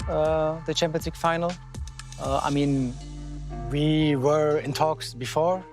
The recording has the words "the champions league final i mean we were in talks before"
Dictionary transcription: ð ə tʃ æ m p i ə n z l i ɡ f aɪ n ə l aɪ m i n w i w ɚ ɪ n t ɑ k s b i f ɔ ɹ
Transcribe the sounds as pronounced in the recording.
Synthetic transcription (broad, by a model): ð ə tʃ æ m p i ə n s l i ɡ f aɪ n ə l aɪ m i n w i w ɚ ɪ n t ɑ k s b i f ɔ ɹ